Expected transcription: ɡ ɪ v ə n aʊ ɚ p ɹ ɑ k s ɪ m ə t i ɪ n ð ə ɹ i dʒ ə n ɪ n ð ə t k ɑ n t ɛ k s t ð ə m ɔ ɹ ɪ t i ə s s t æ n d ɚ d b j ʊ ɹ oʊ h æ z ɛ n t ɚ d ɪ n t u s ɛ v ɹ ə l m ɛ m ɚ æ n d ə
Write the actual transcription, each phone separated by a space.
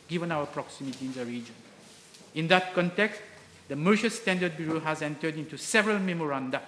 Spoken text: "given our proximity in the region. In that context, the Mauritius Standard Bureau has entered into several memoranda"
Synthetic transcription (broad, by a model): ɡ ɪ v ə n aʊ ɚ p ɹ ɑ k s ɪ m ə t i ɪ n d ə ɹ i dʒ ə n ɪ n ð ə t k ɑ n t ɛ k s t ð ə m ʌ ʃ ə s s t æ n d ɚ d b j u ɹ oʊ h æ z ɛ n t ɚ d ɪ n t u s ɛ v ɹ ə l m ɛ m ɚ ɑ n d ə